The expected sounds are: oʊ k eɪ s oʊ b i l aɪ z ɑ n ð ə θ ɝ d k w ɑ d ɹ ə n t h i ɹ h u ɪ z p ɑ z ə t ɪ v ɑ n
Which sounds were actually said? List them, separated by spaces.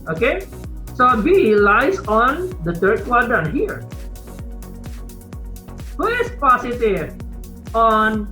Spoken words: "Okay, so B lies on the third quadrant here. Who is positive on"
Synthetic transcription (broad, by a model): oʊ k eɪ s oʊ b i l aɪ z ɑ n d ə t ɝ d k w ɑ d ə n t h i ɹ h u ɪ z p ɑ s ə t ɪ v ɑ n